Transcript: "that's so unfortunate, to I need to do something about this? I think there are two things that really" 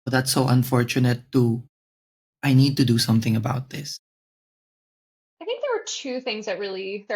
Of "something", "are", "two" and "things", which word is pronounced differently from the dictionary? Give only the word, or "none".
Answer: none